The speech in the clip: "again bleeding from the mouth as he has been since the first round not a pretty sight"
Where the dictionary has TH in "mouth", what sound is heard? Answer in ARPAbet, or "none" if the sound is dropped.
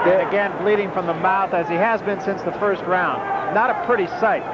TH